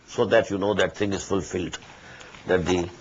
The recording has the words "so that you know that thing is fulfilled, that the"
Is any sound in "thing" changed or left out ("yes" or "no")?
yes